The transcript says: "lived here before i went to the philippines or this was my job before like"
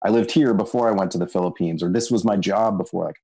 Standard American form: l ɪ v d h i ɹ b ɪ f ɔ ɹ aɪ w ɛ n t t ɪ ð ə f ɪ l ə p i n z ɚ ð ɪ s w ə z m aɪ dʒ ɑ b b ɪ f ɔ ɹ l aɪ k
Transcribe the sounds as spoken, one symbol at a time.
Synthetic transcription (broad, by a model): l ɪ v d h i ɹ b ɪ f ɔ ɹ aɪ w ɛ n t t ɪ ð ə f ɪ l ə p i n z ɚ ð ɪ s w ə z m aɪ dʒ ɑ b b ɪ f ɔ ɹ aɪ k